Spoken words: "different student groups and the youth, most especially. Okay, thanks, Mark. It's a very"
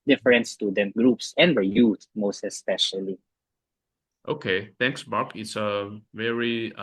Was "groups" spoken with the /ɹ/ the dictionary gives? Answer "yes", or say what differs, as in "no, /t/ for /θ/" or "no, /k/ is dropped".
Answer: yes